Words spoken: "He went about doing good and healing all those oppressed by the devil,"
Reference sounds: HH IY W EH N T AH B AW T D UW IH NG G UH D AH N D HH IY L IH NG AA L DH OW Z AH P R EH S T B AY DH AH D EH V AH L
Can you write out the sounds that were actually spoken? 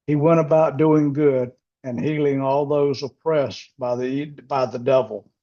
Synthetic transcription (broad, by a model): HH IY W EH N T AH B AW T D UW IH NG G UH D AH N HH IY L IH NG AA L DH OW Z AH P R EH S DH B AY DH AH D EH V L